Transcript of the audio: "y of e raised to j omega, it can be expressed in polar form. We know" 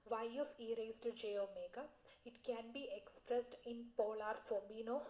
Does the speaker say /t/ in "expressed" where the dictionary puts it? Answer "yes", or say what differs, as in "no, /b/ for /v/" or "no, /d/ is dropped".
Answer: yes